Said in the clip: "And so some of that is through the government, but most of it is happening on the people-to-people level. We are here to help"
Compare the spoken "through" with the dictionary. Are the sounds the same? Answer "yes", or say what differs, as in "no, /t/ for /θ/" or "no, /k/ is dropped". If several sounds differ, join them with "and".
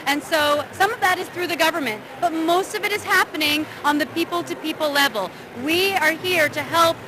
yes